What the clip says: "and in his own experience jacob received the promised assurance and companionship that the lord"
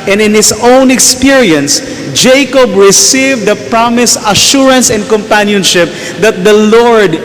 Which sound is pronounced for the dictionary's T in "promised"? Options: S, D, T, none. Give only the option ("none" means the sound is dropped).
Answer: none